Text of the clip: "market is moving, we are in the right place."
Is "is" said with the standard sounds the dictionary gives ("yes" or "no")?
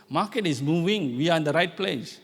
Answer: no